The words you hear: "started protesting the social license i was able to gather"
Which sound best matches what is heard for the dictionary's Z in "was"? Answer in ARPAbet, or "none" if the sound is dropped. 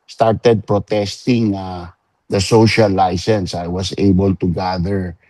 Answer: S